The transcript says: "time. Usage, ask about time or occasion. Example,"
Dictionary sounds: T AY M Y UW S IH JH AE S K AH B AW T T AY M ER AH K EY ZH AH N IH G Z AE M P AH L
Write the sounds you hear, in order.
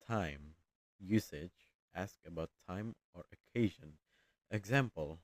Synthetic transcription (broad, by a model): AY M Y UW S IH JH AE S K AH B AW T T AY M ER AH K EY ZH AH N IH G Z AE M P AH L